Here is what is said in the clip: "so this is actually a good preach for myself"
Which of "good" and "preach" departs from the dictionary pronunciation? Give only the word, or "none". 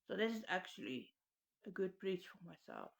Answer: preach